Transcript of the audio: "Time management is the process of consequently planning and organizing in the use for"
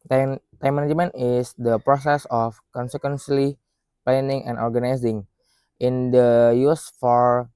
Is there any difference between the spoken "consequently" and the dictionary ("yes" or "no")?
yes